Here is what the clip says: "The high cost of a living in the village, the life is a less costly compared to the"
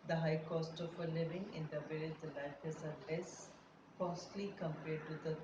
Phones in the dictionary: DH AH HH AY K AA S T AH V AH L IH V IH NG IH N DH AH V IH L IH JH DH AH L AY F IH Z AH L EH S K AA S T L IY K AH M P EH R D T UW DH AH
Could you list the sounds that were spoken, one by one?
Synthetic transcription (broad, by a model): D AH HH AY K AA S T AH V AH L IH V IH NG IH N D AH B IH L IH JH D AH L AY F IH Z AH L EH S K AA S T L IY K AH M P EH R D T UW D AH